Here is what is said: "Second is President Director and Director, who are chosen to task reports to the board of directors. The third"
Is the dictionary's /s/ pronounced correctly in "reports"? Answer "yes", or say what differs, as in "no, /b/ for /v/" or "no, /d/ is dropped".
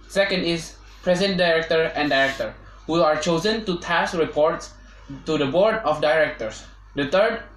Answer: yes